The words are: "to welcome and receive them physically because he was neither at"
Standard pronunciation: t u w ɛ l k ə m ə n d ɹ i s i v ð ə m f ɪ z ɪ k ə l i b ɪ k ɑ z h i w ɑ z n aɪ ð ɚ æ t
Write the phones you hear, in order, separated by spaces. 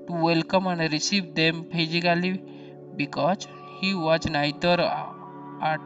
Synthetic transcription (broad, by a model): t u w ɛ l k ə m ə n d ɹ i s i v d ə m p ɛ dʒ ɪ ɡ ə l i b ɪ k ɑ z h i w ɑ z n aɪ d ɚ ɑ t